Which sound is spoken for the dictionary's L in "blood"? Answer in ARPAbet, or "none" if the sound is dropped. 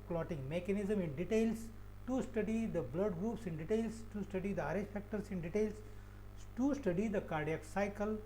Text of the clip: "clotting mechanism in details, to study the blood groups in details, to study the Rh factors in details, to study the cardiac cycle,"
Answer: L